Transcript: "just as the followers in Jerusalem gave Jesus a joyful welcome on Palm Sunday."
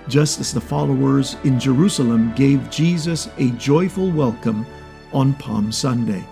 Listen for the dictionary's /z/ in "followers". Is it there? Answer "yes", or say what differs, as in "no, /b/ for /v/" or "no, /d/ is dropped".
yes